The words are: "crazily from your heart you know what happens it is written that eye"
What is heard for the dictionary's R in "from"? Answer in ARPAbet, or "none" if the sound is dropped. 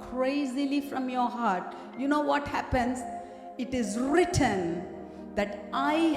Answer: R